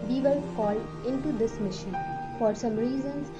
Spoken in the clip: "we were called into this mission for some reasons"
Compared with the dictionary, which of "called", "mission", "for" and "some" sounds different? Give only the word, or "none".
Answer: called